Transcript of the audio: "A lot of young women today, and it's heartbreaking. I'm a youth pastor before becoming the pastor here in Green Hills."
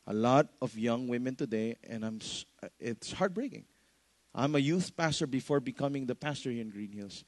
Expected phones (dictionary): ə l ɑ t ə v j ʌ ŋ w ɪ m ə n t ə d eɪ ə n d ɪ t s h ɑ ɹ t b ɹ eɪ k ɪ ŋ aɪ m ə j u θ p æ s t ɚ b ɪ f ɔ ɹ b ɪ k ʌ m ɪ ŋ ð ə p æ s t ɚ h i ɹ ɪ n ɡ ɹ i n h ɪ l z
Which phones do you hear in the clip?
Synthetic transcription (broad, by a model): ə l ɑ t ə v j ʌ ŋ w ɪ m ə n t ə d eɪ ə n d ɪ t s h ɑ ɹ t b ɹ eɪ k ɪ ŋ aɪ m ə j u θ p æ s t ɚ b ɪ f ɔ ɹ b ɪ k ʌ m ɪ ŋ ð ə p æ s t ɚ h i ɹ ɪ n ɡ ɹ i n h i l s